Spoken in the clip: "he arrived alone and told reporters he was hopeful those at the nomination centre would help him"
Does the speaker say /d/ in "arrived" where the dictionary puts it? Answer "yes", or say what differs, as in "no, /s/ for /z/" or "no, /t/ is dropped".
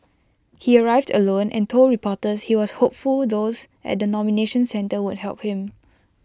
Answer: yes